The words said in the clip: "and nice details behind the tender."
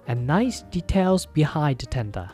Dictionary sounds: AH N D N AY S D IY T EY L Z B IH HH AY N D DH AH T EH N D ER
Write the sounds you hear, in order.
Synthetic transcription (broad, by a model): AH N N AY S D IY T EY L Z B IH HH AY D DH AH T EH N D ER